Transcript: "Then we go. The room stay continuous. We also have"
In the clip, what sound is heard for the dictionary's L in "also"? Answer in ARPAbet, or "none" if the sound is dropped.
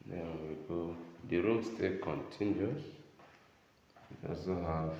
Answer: none